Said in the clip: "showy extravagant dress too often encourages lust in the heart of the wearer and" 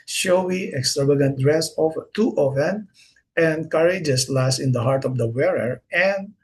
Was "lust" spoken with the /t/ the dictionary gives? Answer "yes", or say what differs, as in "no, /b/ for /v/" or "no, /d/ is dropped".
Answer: no, /t/ is dropped